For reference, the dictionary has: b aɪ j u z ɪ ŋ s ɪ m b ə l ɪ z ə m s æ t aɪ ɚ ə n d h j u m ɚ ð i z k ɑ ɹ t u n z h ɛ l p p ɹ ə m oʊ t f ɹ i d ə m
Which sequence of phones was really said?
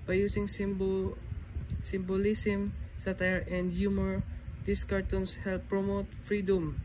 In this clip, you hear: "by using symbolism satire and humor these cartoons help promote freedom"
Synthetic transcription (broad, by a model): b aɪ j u s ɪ ŋ s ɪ m b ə l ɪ s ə m s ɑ t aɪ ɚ ə n d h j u m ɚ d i s k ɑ ɹ t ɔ n s h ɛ l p p ɹ ə m oʊ t f ɹ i d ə m